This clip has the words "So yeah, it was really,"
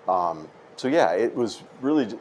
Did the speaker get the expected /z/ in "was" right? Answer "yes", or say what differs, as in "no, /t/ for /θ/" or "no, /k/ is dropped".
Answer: yes